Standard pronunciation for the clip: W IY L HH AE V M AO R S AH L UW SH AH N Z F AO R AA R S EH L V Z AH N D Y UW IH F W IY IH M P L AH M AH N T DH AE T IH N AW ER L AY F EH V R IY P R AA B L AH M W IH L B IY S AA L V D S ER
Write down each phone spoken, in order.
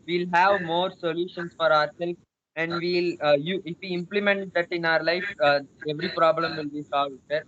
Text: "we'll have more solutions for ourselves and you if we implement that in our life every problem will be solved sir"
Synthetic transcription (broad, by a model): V IY L HH AE V M AO R S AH L UW SH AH N S F AO R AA R S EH L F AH N D Y UW IH F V IY IH M P L AH M AH N T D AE T IH N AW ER L AY F EH V R IY P R AA B L AH M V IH L B IY S AA L V D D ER